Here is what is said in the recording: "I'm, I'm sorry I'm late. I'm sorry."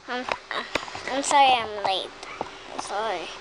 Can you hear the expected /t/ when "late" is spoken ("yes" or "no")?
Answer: no